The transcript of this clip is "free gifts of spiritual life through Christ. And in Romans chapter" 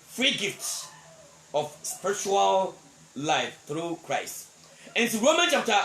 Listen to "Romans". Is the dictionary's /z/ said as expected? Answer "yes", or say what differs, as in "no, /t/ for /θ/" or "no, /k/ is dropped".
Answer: no, /z/ is dropped